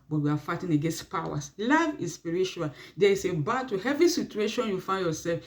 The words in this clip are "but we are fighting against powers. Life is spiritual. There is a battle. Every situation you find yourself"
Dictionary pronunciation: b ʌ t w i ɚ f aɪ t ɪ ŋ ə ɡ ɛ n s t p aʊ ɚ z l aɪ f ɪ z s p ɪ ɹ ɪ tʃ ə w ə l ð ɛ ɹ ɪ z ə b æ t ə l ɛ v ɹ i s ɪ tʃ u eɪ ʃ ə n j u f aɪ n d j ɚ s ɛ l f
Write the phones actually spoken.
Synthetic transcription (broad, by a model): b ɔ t w i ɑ f aɪ t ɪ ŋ ə ɡ ɛ n s t p aʊ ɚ s l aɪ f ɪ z s p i ɹ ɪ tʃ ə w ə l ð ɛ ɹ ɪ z ə b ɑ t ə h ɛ v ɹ i s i tʃ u eɪ ʃ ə n j u f aɪ n d j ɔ s ɛ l f